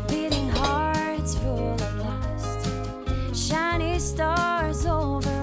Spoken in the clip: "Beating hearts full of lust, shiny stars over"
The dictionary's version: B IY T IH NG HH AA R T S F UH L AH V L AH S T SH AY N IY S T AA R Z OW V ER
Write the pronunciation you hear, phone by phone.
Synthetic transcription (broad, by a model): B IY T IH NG HH AA R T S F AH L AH B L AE S T SH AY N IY S T AA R Z OW V ER